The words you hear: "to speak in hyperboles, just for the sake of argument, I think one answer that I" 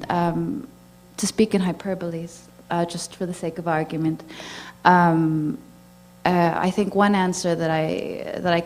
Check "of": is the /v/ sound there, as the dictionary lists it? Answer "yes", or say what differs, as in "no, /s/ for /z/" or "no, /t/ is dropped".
yes